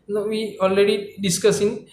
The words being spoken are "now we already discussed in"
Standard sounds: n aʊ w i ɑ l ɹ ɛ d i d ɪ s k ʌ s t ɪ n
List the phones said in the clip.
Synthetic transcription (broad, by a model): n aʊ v i ɑ l ɹ ɛ d i d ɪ s k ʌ s ɪ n